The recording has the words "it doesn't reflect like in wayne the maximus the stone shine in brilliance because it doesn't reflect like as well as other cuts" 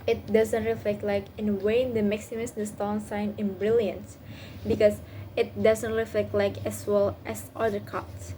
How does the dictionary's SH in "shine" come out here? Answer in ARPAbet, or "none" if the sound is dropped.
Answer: S